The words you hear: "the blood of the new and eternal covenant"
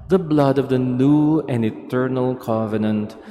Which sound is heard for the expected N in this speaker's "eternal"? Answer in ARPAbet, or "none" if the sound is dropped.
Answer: N